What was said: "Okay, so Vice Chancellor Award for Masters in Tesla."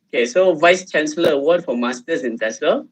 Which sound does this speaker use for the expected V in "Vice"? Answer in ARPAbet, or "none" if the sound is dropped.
V